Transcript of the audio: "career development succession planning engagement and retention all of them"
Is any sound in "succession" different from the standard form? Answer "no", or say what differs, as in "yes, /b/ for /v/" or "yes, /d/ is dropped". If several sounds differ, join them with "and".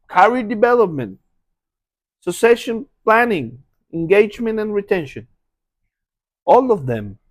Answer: yes, /k/ is dropped